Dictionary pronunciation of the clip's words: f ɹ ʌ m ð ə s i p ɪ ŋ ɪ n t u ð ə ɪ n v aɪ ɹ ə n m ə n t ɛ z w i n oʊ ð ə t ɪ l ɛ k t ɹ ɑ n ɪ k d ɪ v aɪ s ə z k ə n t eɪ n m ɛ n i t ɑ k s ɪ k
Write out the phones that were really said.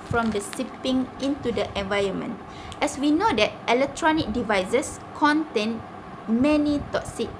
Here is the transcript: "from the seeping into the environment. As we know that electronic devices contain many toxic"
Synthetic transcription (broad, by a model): f ɹ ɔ m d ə s i p ɪ ŋ ɪ n t u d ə ɪ n v aɪ ɹ ə n m ə n t ɛ s w i n oʊ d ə t ɪ l ɛ k t ɹ ɑ n ɪ k d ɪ v aɪ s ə s k ə n t eɪ n m ɛ n i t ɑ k s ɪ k